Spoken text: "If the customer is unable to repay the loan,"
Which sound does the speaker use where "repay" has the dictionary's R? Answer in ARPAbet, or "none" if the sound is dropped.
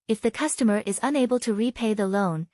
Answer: R